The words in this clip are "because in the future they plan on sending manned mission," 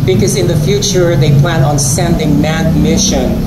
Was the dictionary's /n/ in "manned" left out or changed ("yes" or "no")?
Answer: yes